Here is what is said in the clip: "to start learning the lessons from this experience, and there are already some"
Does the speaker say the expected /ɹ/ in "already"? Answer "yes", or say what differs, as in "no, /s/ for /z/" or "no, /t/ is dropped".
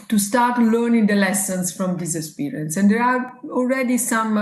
no, /l/ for /ɹ/